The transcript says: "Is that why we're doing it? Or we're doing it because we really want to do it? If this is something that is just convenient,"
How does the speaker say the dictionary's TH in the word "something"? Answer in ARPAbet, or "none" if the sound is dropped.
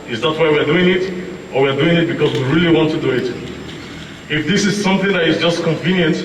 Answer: TH